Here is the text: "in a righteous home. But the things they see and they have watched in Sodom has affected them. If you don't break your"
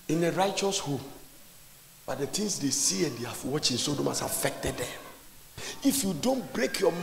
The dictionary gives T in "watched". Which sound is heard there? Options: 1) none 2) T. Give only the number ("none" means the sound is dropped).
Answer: 1